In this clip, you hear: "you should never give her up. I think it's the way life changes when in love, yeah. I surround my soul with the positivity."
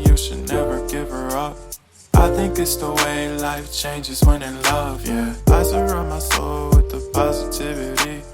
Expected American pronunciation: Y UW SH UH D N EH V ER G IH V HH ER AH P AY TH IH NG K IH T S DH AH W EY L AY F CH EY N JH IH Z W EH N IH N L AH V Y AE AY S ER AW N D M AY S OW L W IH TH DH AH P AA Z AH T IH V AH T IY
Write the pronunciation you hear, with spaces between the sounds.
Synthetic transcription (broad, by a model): Y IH SH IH D N EH V ER G IH V ER AH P AY TH IH NG K IH T S DH AH W EY L AY F CH EY N JH IH Z W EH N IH L AH V Y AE AY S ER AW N M AY S OW L W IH DH AH P AA Z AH T IH V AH T IY